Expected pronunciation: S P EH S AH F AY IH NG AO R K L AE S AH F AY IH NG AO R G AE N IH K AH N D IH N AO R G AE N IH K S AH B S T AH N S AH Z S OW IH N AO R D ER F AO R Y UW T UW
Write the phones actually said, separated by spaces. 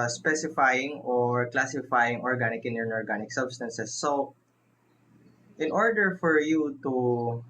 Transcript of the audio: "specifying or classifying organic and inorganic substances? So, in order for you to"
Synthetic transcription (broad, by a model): S P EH S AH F AY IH NG AO R K L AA S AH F AY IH NG AO R G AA N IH K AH N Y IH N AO R G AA N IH K S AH B S T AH N S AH S OW IH N AO R D ER F AO R Y UW T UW